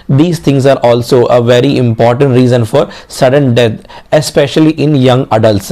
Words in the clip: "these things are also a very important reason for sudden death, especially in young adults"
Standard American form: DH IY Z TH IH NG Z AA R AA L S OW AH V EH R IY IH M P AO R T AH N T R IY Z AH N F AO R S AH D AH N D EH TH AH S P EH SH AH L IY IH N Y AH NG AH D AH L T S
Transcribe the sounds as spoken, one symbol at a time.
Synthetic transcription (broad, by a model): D IY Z T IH NG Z AA R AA L S OW AH V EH R IY IH M P AO R T AH N T R IY Z AH N F AO R S AH D AH N D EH T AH S P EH SH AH L IY IH N Y AH NG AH D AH L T S